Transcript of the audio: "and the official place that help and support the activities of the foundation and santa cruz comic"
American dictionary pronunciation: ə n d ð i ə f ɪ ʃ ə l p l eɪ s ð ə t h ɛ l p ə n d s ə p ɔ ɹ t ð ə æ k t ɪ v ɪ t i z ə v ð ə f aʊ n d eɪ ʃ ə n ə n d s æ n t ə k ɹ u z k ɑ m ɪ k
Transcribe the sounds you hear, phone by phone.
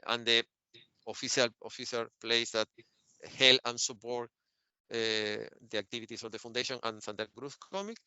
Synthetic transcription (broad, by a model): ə n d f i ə f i s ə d p l eɪ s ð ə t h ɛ l ə n s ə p ɔ ɹ t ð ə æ k t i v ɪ t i s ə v ð ə f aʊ n d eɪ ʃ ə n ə n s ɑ n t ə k ɹ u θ k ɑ m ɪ k